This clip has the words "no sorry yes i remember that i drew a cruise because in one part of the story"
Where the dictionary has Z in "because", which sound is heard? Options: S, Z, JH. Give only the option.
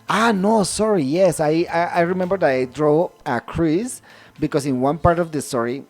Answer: S